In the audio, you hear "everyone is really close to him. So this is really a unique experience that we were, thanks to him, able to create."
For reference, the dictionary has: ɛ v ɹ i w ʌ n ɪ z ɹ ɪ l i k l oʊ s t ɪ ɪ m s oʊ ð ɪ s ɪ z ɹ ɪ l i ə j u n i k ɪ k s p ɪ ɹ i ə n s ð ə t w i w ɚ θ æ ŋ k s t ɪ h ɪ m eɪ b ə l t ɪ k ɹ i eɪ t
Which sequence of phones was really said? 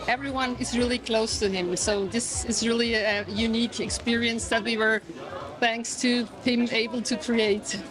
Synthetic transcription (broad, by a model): ɛ v ɹ i w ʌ n ɪ z ɹ ɪ l i k l oʊ s t ɪ ɪ m s oʊ ð ɪ s ɪ z ɹ ɪ l i ə j u n i k ɪ k s p ɪ ɹ i ə n s ð ə t w i w ɚ θ æ ŋ k s t ɪ h ɪ m eɪ b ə l t ɪ k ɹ i eɪ t